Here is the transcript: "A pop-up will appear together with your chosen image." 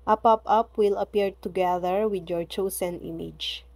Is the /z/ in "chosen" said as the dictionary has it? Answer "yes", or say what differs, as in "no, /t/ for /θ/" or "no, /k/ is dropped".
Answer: no, /s/ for /z/